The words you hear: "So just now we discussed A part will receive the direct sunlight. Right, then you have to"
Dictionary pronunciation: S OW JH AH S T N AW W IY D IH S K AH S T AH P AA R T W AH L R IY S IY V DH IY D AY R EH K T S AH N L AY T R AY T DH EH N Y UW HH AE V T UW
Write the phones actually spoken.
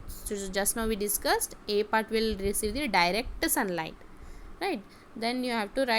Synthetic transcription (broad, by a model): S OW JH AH S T N AW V IY D IH S K AH S T AH P AA R T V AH L R IY S IY V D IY D AY R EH K T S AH N L AY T R AY T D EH N Y UW HH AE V T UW